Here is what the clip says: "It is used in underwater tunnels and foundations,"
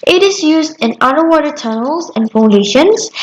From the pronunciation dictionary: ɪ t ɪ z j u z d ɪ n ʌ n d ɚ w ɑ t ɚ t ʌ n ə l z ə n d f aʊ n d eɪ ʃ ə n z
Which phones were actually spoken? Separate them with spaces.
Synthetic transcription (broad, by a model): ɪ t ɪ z j u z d ɪ n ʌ d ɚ w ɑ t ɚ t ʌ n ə l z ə n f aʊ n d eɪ ʃ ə n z